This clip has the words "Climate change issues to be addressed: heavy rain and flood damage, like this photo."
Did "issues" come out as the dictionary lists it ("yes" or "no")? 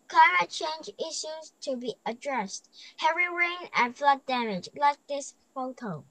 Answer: yes